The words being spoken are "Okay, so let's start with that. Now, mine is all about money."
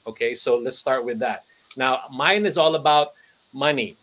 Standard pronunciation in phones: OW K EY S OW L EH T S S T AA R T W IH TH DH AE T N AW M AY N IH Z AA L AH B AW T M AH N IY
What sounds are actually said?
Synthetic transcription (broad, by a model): OW K EY S OW L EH T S S T AA R T W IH DH AE T N AW M AY N IH Z AA L AH B AW T M AH N IY